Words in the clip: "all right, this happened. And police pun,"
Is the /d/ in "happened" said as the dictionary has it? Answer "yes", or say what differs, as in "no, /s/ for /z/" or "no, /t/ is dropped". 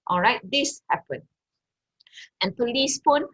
no, /d/ is dropped